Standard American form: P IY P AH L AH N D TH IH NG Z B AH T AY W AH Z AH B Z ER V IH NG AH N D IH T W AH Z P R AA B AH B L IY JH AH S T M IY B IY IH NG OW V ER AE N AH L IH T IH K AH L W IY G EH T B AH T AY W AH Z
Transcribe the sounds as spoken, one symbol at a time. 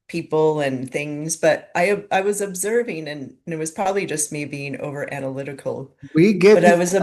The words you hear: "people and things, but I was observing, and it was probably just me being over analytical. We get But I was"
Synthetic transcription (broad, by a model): P IY P L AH N TH IH NG Z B AH T AY W AH Z AH B Z ER V IH NG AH N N IH T W AH Z P R AA B AH B L IY JH AH S T M IY B IY IH NG OW V ER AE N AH L IH T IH K L W IY G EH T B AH T AY W AH Z